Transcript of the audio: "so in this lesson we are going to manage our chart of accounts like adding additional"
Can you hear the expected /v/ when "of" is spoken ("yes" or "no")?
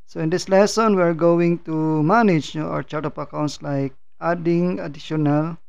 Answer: no